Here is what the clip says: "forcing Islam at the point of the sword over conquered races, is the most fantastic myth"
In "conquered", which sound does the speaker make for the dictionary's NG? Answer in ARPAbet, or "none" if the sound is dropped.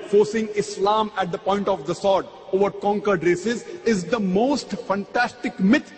NG